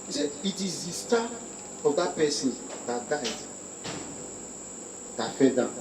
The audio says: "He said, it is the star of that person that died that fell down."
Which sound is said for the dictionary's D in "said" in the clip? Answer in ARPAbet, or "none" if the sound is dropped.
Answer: none